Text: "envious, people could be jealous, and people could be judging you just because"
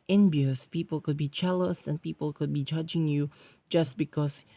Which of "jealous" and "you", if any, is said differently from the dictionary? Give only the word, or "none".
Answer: jealous